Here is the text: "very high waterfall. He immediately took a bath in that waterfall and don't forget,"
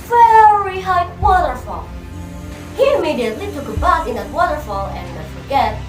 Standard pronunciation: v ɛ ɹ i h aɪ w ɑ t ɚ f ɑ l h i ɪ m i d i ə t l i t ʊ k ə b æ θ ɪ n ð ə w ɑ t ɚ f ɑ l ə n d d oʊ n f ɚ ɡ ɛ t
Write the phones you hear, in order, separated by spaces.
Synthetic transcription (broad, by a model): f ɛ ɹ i h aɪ w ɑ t ɚ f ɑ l h i ɪ m i d i ə t l i t ʊ k ə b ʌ s ɪ n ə w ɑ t ɚ f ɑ l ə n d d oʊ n f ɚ ɡ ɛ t